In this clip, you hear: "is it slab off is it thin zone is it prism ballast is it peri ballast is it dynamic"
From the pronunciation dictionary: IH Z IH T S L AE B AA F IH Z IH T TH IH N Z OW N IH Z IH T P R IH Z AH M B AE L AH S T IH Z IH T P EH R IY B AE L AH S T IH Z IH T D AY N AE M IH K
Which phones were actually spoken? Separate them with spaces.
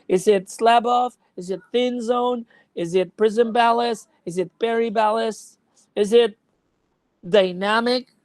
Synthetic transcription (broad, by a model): IH Z IH T S L AE B AA F IH Z IH T TH IH N Z OW N IH Z IH T P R IH Z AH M B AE L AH S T IH Z IH T B EH R IY B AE L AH S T IH Z IH T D AY N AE M IH K